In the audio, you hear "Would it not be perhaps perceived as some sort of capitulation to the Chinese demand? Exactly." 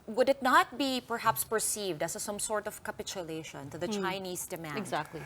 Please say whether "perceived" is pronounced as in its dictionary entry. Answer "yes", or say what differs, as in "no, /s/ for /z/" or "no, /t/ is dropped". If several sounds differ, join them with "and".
yes